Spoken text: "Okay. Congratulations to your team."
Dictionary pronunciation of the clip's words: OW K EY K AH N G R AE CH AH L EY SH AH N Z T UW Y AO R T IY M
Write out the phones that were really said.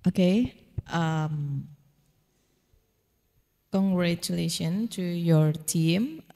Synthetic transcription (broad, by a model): OW K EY K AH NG G R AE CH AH L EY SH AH N T UW Y AO R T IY M